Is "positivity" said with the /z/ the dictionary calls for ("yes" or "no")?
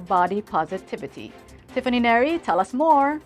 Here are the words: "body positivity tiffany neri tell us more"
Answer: yes